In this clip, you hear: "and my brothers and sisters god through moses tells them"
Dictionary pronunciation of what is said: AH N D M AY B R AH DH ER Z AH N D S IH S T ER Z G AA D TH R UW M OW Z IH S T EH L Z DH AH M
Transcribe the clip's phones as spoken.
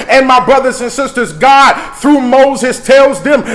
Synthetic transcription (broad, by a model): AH N M AY B R AH DH ER Z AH N S IH S T ER Z G AA D TH R UW M OW Z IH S T EH L Z DH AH M